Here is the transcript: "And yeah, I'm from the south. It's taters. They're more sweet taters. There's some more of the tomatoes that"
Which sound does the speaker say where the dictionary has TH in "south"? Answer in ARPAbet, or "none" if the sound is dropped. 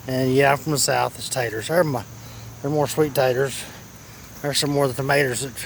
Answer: TH